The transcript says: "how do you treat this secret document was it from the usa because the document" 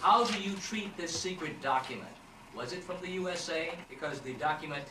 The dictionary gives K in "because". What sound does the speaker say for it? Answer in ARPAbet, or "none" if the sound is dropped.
K